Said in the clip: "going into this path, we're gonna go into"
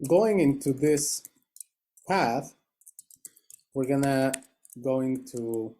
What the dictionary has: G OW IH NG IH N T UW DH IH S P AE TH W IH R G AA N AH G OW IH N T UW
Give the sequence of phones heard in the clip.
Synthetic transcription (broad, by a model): G OW IH NG IH N T UW DH IH S P AE TH W IH R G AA N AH G OW IH N T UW